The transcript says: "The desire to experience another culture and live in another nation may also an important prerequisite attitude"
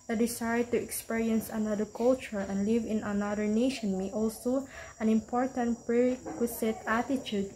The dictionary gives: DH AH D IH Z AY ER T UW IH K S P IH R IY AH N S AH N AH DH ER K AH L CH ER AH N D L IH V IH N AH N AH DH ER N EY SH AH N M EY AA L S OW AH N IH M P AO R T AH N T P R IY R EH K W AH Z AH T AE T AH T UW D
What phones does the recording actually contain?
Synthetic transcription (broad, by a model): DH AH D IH S AY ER T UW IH K S P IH R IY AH N S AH N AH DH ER K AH L CH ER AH N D L IH V IH N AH N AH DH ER N EY SH AH N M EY AA L S OW AH N IH M P AO R T AH N T P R R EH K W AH S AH T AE T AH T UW D